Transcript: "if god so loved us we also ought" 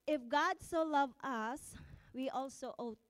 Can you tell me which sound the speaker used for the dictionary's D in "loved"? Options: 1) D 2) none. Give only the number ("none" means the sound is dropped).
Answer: 2